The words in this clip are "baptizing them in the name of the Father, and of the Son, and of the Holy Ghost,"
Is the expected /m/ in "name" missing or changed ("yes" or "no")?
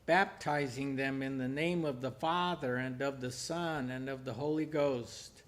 no